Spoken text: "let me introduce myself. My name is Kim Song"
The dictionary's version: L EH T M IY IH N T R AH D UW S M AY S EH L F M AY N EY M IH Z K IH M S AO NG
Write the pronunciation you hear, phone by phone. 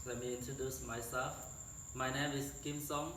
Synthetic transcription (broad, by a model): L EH M IY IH N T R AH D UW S M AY S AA F M AY N EY M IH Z K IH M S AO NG